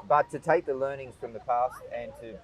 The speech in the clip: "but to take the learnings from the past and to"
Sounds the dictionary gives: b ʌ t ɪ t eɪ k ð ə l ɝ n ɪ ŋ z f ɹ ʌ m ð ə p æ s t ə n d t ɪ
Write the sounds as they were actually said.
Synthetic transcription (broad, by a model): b ʌ t ɪ t eɪ k ð ə l ɝ n ɪ ŋ z f ɹ ʌ m ð ə p æ s t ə n t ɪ